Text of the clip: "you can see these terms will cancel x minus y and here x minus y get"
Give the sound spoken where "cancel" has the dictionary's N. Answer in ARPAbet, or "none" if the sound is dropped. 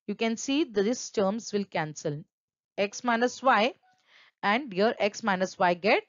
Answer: N